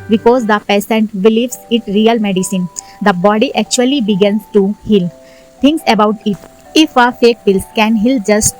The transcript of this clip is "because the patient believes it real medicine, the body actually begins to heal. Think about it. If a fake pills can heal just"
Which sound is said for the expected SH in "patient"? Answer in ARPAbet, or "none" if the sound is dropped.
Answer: S